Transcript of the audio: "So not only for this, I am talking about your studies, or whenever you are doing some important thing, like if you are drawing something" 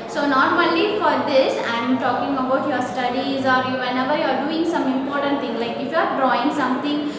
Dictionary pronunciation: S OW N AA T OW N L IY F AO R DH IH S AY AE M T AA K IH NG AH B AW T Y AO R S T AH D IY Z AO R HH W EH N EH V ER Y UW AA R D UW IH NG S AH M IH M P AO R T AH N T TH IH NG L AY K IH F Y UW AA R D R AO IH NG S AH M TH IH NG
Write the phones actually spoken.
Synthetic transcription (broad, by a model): S OW N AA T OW L IY F AO R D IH S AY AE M T AA K IH NG AH B AW T Y AO R S T AH D IY Z AO R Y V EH N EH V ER Y UW AA R D UW IH NG S AH M IH M P AO R T AH N T T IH NG L AY K IH F Y UW AA R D R AO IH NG S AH M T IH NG